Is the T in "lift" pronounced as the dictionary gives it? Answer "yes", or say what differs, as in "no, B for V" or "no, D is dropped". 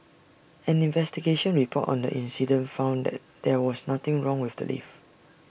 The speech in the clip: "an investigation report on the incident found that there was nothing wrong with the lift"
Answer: no, T is dropped